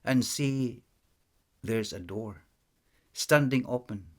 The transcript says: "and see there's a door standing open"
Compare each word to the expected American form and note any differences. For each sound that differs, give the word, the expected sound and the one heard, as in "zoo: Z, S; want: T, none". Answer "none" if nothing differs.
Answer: none